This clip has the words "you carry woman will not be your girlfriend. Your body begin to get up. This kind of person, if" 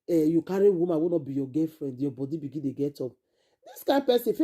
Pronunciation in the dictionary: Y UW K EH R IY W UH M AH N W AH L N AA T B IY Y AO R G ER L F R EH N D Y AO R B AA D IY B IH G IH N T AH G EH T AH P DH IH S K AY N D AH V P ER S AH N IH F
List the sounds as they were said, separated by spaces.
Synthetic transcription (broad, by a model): Y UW K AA R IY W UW M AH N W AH N AA T B IY Y AO G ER F R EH N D Y AO B AA D IY B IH G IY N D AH G EH T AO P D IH S K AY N P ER S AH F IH